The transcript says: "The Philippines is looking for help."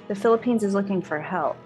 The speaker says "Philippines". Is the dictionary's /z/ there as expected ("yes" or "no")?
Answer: yes